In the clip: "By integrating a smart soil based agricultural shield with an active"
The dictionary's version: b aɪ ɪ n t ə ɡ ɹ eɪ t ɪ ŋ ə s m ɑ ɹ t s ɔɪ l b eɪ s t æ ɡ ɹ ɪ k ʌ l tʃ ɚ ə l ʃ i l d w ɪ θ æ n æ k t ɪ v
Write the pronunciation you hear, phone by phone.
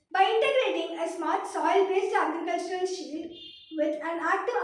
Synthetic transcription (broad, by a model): b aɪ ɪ n t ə ɡ ɹ eɪ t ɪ ŋ ə s m ɑ ɹ t s ɔɪ l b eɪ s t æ ɡ ɹ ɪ k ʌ l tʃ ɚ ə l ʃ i d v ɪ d æ n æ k t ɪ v